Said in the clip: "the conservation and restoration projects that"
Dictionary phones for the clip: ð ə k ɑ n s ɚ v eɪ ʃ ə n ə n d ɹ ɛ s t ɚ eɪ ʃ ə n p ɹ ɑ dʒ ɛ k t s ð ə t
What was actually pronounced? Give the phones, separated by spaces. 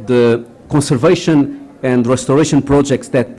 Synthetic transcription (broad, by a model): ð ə k ɑ n s ɚ v eɪ ʃ ə n ə n d ɹ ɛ s t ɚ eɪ ʃ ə n p ɹ ɑ dʒ ɛ k t s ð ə t